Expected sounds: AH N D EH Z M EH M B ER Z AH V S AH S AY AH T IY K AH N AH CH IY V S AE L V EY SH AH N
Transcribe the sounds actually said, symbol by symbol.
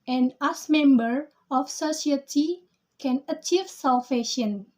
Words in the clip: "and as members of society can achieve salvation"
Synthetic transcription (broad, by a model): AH N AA S M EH M B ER AH F S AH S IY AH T IY K AH N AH CH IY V S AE L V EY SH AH N